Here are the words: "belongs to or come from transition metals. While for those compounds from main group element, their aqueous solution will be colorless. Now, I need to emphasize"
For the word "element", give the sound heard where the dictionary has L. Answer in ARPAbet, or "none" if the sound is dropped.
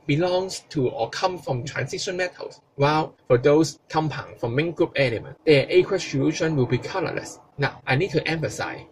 N